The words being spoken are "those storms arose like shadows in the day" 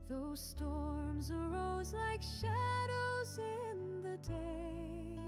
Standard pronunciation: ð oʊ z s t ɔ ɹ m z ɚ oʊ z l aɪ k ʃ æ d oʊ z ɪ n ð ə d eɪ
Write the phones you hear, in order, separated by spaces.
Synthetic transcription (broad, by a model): ð oʊ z s t ɔ ɹ m z ɚ oʊ z l aɪ k ʃ æ d oʊ z ɪ n ð ə d eɪ